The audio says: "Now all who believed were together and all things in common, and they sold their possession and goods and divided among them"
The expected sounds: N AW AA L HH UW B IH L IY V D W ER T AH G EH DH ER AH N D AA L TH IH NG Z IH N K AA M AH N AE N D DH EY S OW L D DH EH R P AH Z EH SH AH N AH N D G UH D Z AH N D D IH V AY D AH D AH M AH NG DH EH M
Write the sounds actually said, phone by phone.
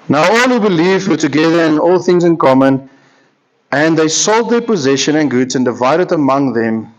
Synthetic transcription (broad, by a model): N AW AA L HH UW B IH L IY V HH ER T AH G EH DH ER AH N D AA L TH IH NG Z IH N K AA M AH N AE N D DH EY S OW L D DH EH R P AH Z EH SH AH N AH N G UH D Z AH N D D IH V AY D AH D AH M AH NG DH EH M